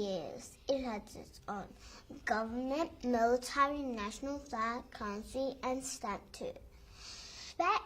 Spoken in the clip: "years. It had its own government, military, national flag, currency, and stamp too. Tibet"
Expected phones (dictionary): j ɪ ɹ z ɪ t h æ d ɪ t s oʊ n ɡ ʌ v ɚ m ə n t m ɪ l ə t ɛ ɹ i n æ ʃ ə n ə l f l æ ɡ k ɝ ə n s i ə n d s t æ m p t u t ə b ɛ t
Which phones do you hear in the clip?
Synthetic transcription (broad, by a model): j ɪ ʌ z ɪ t h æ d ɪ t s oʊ n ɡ ʌ v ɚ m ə n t m ɪ l ə t ɛ ɹ i n æ ʃ ə n ə l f æ k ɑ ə n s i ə n s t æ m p t u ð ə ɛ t